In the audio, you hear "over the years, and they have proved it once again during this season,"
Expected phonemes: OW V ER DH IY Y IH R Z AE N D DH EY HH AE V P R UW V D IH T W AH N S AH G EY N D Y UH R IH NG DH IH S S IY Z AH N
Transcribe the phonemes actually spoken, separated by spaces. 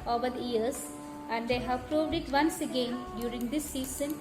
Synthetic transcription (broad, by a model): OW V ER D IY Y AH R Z AE N D EY HH AE V P R UW V D IH T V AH N S AH G EY N D Y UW R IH NG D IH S S IY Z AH N